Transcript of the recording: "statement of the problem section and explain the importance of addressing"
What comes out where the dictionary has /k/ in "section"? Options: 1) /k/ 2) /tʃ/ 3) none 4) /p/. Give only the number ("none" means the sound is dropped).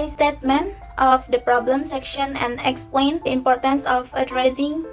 1